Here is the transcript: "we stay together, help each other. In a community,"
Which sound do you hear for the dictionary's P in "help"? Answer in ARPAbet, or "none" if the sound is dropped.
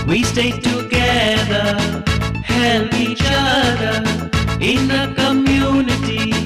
none